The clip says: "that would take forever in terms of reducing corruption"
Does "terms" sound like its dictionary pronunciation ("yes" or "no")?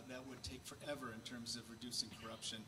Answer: yes